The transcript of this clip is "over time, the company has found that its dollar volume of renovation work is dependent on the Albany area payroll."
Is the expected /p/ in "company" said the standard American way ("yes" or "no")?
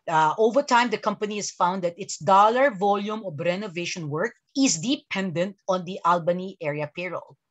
yes